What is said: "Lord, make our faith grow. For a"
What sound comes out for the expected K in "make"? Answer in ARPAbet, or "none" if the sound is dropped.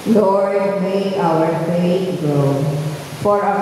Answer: none